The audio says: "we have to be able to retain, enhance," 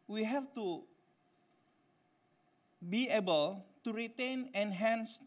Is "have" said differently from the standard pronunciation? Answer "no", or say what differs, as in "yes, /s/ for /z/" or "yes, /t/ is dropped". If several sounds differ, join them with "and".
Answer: yes, /f/ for /v/